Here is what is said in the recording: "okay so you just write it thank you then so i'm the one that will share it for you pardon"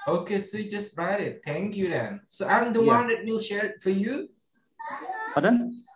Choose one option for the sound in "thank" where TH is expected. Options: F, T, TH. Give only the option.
T